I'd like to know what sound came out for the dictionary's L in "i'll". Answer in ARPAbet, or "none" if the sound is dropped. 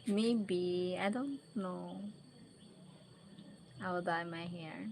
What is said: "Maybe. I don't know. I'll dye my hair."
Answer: W